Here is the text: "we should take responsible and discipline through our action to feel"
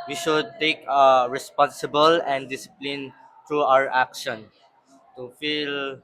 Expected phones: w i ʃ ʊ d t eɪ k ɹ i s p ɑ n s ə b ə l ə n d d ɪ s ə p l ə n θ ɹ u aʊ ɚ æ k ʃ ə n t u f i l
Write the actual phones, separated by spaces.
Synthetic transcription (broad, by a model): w i ʃ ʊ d t eɪ k ɹ i s p ɑ n s ə b ə l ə n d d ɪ s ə p l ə n t ɹ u aʊ ɚ æ k ʃ ə n t u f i l